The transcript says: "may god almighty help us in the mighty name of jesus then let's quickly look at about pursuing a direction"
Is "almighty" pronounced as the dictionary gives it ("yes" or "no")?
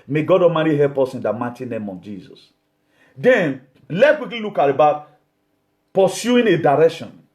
no